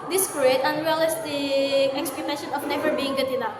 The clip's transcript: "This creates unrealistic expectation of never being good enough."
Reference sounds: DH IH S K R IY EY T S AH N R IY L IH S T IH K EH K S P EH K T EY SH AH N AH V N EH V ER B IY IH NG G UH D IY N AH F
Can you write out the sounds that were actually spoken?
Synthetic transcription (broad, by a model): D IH S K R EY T AH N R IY L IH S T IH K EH K S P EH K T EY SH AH N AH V N EH V ER B IY IH NG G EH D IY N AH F